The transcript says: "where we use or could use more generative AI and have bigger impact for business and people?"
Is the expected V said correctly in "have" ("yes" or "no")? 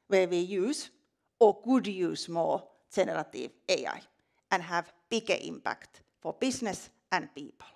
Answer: yes